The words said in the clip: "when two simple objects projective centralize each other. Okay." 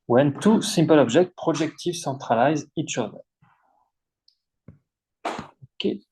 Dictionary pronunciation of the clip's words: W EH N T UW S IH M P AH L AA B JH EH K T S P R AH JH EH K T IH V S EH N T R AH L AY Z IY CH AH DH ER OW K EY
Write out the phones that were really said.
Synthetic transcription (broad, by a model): W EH N T UW S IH M P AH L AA B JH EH K T P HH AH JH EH K T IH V S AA T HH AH L AY Z IY CH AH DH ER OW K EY